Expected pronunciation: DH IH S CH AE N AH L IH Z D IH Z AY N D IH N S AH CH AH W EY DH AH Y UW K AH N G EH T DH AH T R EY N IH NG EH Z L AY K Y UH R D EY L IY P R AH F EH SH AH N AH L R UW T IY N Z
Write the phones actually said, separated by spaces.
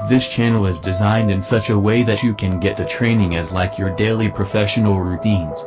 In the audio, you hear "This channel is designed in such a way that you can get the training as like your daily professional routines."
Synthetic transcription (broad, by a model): DH IH S CH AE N L IH Z D IH Z AY N D IH N S AH CH AH W EY DH AH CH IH K AH N G EH T DH AH T R EY N IH NG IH Z L AY K Y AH R D EY L IY P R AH F EH SH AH N L R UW T IY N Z